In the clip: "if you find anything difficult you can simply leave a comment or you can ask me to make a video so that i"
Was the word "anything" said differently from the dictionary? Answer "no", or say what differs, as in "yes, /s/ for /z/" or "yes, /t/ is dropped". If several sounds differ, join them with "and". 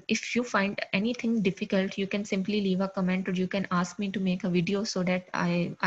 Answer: yes, /t/ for /θ/